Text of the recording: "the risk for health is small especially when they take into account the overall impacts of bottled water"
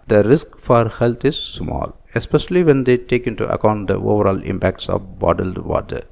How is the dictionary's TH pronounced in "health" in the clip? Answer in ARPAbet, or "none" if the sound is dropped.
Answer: T